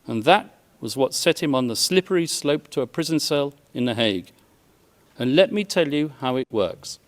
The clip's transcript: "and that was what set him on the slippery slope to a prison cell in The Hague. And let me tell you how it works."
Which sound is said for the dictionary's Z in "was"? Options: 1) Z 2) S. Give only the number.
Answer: 1